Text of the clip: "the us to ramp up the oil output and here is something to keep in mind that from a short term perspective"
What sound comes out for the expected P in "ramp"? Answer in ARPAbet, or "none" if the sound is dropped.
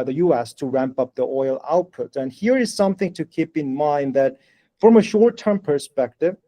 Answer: P